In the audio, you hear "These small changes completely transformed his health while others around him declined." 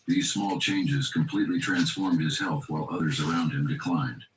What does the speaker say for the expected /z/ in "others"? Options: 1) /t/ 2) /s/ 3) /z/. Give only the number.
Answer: 3